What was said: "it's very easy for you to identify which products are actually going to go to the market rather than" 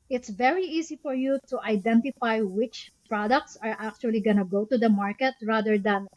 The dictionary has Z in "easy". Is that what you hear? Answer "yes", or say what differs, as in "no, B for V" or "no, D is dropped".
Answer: no, S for Z